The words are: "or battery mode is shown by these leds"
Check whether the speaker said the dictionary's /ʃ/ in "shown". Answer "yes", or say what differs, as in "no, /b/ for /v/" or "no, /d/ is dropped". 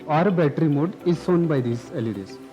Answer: no, /s/ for /ʃ/